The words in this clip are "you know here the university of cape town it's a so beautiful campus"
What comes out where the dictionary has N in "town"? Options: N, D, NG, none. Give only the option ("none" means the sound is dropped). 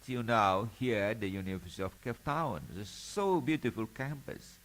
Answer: none